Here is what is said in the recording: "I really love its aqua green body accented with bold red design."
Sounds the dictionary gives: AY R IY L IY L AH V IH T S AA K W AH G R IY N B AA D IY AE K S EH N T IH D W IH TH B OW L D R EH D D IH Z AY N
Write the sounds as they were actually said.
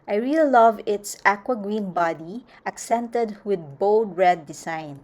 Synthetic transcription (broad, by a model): AY R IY L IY L AH V IH T S AA K W AH G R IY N B AA D IY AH K S EH N T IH D W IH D B OW L D R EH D D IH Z AY N